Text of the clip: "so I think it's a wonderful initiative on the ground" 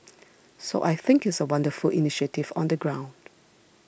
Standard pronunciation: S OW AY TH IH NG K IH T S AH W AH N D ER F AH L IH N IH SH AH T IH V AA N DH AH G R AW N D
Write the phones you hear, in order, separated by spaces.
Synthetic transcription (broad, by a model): S OW AY TH IH NG K IH T S AH W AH N D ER F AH L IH N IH SH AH T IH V AA N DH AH G R AW N D